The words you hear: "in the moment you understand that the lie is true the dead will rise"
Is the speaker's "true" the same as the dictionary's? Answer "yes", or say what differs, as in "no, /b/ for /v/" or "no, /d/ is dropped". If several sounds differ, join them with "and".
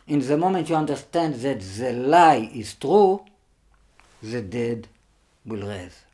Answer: yes